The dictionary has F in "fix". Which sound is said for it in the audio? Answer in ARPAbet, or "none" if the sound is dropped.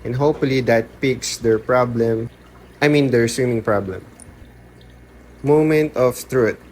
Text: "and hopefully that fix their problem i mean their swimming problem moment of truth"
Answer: P